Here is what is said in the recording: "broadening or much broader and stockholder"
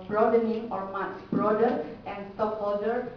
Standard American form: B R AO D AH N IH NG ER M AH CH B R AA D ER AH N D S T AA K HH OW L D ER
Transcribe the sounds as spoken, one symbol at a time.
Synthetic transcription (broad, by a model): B R AO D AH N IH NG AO M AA S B R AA D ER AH N S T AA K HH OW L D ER